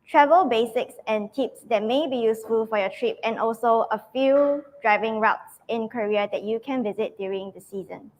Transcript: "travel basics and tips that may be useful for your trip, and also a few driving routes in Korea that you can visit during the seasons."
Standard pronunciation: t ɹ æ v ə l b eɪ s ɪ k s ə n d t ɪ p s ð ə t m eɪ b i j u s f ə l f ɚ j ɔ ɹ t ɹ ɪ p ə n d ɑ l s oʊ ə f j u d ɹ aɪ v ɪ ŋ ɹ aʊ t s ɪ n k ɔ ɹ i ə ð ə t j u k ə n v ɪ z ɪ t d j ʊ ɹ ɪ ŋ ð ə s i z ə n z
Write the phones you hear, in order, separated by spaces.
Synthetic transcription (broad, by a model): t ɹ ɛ v ə l b eɪ s ɪ k s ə n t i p s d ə t m eɪ b i j u s f ə l f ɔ j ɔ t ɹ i p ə n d ɑ l s oʊ ə f j u d ɹ aɪ v ɪ ŋ ɹ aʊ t s ɪ n k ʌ ɹ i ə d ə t j u k ə n v ɪ z ɪ t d j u ɹ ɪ ŋ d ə s i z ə n